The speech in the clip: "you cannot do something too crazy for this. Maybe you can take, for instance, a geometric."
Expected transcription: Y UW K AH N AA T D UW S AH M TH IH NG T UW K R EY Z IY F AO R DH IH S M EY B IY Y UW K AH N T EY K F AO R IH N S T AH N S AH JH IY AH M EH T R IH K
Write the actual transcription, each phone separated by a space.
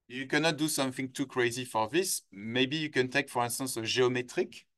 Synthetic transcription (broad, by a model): Y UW K AH N AA T D UW S AH M TH IH NG T UW K R EY Z IY F AO R DH IH S M EY B IY Y UW K AH N T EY K F AO R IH N S T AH N S AH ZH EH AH M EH T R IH K